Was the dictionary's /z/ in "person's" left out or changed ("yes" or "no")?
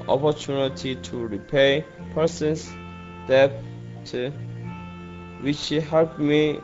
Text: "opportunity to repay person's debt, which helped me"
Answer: yes